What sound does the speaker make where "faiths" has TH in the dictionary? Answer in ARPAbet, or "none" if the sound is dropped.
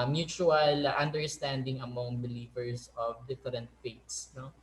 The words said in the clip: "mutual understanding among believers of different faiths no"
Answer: T